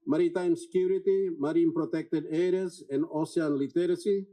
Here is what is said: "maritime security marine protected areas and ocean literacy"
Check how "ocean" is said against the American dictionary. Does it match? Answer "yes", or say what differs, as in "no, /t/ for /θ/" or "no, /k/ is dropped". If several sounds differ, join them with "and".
no, /ʃ/ is dropped